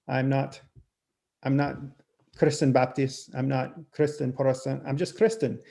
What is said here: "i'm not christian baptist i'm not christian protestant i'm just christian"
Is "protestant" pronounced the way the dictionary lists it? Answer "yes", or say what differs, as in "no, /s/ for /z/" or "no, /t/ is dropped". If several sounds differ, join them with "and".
no, /ɹ/ is dropped